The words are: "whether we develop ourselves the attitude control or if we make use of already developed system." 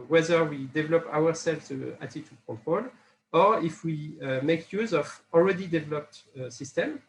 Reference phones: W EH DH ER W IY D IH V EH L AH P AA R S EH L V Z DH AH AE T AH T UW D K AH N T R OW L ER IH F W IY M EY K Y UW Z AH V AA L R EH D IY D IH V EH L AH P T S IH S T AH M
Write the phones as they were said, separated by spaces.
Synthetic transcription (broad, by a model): W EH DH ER W IY D IH V EH L AH P AA W S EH L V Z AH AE T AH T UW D K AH T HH OW L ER IH F W IY M EY K Y UW Z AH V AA L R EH D IY D IH V EH L AH P T S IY S T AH M